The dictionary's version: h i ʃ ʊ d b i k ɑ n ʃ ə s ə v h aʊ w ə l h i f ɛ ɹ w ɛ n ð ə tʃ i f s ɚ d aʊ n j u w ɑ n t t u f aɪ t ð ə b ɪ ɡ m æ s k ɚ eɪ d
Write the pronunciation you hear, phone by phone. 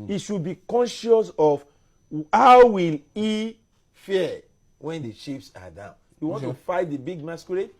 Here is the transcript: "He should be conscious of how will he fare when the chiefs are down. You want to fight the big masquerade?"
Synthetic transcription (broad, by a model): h i ʃ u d b i k ɑ n ʃ ə s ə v h aʊ w ə l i f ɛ w ɛ n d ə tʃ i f s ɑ d aʊ n j u w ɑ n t t u f aɪ t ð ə b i ɡ m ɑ s k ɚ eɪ